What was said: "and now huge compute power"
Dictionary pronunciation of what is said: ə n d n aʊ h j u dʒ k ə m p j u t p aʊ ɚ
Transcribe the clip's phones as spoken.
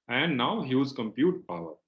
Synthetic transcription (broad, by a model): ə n d n aʊ h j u z k ə m p j u t p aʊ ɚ